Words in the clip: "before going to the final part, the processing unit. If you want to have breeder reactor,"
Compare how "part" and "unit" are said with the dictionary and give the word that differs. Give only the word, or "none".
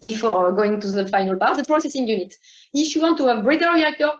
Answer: part